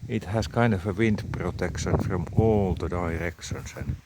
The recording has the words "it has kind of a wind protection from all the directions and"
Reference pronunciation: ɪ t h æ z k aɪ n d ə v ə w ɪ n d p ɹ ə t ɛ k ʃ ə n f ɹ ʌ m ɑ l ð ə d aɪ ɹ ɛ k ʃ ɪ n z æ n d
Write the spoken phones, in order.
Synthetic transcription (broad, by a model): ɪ t h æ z k aɪ n d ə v ə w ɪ n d p ɹ ə t ɛ k ʃ ə n f ɹ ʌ m ɑ l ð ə d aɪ ɹ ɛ k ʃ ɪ n s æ n